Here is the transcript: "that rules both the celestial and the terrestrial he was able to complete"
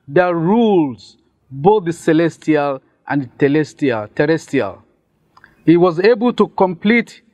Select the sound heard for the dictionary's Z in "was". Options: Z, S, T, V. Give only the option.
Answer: Z